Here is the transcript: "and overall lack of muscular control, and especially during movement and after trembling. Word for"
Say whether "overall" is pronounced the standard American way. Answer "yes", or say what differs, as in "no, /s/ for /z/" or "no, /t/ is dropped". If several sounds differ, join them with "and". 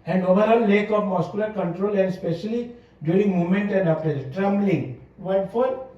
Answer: no, /n/ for /l/